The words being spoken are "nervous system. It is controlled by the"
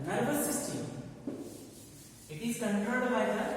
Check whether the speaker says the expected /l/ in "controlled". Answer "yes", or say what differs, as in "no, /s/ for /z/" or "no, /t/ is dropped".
no, /l/ is dropped